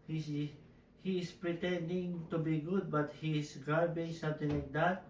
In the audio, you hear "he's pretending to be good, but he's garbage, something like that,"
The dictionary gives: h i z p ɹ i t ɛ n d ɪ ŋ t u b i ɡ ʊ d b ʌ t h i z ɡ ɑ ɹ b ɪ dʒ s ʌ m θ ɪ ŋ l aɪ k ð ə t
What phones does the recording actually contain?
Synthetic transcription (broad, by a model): h i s p ɹ i t ɛ n d ɪ ŋ t u b i ɡ ʊ d b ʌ t h i s ɡ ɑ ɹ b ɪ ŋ s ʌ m t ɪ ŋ l aɪ k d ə t